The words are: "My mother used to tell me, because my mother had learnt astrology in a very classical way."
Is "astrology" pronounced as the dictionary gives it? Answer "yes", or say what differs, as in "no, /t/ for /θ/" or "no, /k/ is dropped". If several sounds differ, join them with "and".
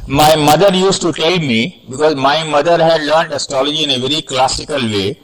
yes